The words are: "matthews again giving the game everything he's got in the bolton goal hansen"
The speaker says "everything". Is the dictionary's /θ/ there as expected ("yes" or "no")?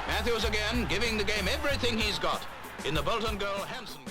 yes